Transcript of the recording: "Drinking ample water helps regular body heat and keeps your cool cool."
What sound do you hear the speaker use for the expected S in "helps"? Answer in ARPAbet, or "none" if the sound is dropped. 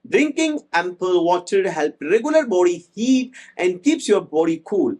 none